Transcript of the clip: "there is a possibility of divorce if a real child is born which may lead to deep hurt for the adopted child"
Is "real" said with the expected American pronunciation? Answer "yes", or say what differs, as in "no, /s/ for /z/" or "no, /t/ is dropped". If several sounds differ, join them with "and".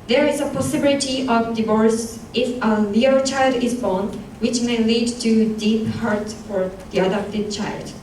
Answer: no, /l/ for /ɹ/